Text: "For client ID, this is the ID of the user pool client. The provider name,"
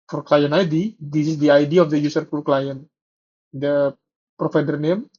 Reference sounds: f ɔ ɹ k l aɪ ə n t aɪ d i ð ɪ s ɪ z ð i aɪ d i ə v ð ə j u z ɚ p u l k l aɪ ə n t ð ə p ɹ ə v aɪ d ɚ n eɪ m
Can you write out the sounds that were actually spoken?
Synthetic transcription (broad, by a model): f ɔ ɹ k l aɪ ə n aɪ d i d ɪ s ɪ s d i aɪ d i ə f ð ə j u s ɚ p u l k l aɪ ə n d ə p ɹ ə f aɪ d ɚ n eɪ m